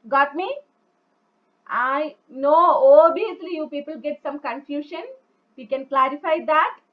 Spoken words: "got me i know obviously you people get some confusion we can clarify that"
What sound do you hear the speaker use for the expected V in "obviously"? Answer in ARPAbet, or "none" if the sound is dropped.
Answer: none